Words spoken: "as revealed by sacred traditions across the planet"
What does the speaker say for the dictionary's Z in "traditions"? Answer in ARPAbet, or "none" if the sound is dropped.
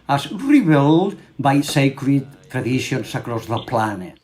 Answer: S